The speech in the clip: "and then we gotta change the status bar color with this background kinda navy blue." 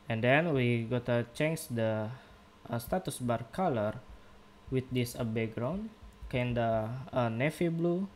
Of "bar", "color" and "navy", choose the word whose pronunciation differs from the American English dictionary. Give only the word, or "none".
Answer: navy